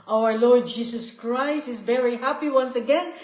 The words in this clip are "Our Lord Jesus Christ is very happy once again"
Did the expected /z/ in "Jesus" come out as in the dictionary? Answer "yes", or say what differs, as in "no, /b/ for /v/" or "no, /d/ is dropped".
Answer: no, /s/ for /z/